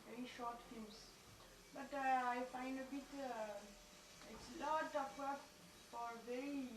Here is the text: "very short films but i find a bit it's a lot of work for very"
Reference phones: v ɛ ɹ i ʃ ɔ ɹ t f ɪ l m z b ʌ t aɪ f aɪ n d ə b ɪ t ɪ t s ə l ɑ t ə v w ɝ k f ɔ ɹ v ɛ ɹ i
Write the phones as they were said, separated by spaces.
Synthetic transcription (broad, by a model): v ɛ ɹ i ʃ ɔ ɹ t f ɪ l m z b ʌ t aɪ f aɪ n d ə b ɪ t ɪ t s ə l ɑ t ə p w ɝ f ɔ ɹ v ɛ ɹ i